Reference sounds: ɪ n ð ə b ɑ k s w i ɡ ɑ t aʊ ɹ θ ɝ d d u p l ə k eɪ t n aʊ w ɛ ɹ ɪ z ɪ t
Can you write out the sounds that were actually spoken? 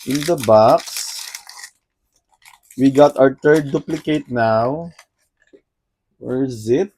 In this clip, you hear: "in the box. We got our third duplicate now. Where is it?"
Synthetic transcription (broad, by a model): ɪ n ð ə b ɑ k s w i ɡ ɑ t aʊ ɹ t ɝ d d u p l ə k eɪ t n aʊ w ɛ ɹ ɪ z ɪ t